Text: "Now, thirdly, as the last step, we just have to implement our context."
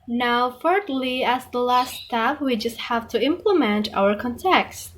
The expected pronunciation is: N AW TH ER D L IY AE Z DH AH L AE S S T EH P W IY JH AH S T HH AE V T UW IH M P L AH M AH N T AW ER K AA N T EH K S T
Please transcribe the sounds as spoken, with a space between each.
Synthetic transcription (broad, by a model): N AW F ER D L IY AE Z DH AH L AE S S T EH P W IY JH AH S T HH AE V T UW IH M P L AH M AH N T AW ER K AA N T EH K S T